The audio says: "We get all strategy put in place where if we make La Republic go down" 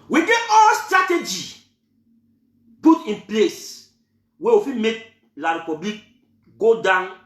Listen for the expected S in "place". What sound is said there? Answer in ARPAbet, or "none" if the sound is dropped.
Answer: S